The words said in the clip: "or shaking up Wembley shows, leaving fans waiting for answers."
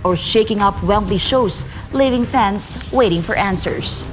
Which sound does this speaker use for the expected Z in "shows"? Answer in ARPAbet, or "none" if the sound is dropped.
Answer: S